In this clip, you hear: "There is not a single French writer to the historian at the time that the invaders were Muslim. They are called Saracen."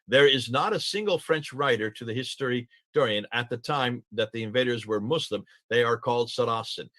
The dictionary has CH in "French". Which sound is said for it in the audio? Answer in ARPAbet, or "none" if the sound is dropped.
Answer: CH